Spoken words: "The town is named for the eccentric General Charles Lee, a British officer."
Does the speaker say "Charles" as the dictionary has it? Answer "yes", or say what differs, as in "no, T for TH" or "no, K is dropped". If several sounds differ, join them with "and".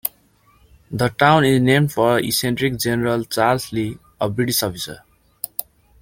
no, S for Z